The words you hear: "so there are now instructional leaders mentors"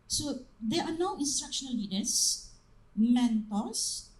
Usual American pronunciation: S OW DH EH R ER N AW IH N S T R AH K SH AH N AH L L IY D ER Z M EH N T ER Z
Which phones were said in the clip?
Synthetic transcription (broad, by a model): S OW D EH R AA N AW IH N S T R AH K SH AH N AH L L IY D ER S M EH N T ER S